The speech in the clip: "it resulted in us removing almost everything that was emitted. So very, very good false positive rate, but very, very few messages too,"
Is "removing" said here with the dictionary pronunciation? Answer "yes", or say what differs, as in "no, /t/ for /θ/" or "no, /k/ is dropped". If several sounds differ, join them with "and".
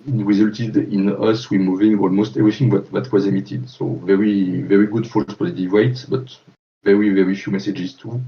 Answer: no, /w/ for /ɹ/